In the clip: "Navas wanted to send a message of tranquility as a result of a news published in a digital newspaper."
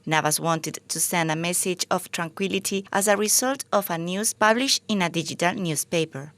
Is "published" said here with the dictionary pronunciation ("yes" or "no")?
no